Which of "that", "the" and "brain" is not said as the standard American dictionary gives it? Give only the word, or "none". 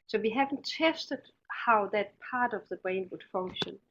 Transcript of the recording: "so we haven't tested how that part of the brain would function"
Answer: none